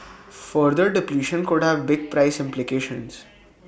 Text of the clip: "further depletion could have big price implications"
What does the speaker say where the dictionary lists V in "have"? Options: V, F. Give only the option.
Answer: V